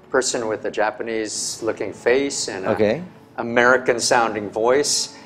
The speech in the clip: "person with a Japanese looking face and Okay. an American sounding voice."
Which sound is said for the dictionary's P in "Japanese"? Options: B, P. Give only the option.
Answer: P